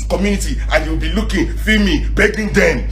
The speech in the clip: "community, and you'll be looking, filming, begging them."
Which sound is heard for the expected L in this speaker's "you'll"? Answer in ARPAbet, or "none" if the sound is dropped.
W